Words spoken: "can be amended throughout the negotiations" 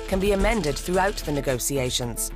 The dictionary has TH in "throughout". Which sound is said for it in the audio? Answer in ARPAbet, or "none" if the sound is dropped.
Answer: TH